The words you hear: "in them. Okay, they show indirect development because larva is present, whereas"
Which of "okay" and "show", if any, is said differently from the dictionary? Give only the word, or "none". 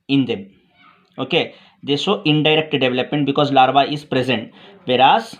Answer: show